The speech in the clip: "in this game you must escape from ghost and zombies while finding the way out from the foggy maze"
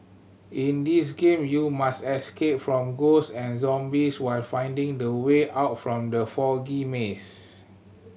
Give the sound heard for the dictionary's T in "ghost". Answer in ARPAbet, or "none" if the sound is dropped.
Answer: none